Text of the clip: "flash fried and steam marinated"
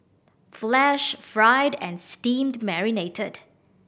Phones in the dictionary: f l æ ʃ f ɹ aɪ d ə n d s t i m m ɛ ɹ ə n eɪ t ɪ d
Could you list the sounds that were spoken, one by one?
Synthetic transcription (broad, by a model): f l æ ʃ f ɹ aɪ d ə n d s t i m m ɛ ɹ ə n eɪ t ɪ d